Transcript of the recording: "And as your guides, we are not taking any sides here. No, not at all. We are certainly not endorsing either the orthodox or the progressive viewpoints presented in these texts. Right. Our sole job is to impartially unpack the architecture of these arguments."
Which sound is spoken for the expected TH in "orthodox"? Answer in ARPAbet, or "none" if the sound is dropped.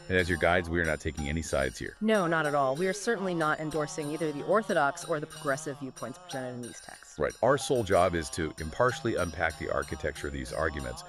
TH